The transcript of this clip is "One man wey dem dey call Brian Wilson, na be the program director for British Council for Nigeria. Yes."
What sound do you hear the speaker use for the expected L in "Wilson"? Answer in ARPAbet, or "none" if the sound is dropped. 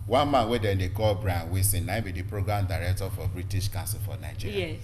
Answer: none